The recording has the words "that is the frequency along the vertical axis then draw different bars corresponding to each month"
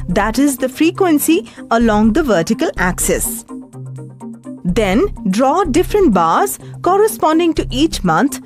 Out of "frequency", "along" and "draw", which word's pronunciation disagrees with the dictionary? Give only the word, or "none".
none